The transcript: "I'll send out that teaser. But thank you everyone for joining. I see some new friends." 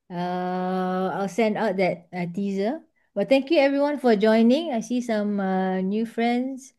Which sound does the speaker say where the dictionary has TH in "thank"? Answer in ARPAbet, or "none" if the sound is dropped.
T